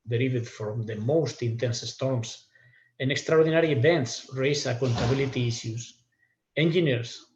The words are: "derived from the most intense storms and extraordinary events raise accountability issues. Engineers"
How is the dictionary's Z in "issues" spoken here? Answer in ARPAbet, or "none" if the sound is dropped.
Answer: S